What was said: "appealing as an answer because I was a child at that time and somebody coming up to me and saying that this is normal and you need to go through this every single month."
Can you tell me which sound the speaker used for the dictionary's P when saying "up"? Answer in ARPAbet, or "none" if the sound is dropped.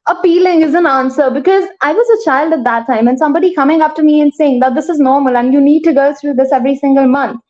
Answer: F